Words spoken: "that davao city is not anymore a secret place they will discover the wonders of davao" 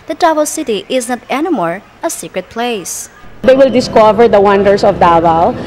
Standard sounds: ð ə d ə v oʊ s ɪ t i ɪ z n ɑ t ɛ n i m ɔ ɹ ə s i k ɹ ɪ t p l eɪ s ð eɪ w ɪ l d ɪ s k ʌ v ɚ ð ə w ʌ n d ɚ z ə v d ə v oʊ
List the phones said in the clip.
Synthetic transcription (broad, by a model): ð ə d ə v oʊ s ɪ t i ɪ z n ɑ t ɛ n i m ɔ ɹ ə s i k ɹ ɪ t p l eɪ s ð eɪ w ɪ l d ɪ s k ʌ v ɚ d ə w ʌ n d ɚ s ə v d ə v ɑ